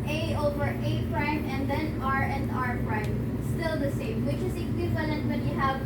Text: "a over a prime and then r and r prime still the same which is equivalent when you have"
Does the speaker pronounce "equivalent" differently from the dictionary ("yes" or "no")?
no